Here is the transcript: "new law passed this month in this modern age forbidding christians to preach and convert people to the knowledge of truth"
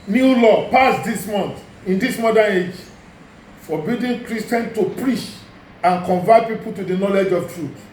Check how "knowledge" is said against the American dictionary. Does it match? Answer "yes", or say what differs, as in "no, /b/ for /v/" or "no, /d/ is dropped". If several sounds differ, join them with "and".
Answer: yes